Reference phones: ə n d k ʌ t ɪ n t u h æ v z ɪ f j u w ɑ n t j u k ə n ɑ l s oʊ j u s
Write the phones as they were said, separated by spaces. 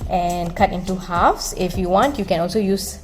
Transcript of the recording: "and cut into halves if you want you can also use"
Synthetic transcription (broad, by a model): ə n k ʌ t ɪ n t u h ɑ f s ɪ f j u w ɑ n t j u k ə n ɑ l s oʊ j u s